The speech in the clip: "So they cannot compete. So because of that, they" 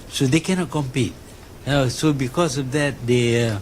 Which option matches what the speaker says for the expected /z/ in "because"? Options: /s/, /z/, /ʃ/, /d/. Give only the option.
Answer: /s/